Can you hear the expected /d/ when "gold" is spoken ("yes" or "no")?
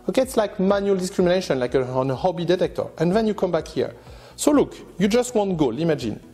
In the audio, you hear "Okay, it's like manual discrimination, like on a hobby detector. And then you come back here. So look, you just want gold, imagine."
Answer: no